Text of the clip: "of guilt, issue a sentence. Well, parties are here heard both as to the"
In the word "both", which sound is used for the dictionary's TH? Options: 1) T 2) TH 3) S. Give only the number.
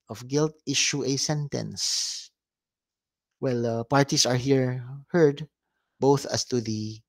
2